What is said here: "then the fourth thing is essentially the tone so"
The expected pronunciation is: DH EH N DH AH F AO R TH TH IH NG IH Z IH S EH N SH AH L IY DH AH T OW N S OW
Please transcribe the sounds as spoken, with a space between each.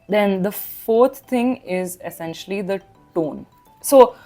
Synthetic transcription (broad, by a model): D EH N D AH F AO R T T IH NG IH Z IH S EH N SH AH L IY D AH T OW N S OW